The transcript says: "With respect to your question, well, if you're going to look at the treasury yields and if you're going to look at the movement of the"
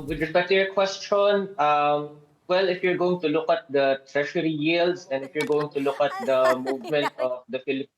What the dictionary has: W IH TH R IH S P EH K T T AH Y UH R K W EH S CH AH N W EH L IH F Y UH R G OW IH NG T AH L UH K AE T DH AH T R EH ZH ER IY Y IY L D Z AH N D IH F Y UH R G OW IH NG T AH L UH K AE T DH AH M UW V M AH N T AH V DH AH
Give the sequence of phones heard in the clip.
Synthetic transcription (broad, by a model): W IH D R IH P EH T T AH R K W EH S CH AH N W EH L IH F Y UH R G OW IH NG T AH L UH K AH T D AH T R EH SH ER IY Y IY L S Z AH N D IH F Y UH R G OW IH NG T AH L UH K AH T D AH M UW V M AH N T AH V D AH